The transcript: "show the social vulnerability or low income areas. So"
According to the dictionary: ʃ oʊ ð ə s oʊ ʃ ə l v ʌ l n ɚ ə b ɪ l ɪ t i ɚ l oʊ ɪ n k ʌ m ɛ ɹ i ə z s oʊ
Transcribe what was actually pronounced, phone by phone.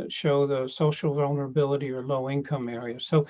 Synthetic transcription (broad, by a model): ʃ oʊ ð ə s oʊ ʃ l v ʌ l n ɚ ə b ɪ l ɪ t i ɚ l oʊ ɪ n k ʌ m ɛ ɹ i ə z s oʊ